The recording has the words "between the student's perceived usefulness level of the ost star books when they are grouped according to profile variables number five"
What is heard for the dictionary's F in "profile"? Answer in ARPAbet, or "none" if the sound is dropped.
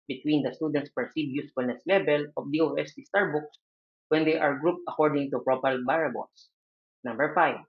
P